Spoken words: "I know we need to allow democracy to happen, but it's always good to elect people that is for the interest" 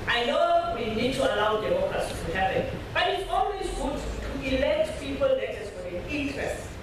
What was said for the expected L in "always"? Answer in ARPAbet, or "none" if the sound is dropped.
N